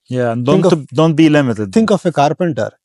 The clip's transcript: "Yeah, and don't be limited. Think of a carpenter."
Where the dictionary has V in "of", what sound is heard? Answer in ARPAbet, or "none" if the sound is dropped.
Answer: F